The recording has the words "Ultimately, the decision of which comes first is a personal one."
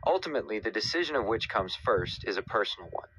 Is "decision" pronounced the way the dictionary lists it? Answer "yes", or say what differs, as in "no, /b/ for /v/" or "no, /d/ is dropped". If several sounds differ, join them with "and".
yes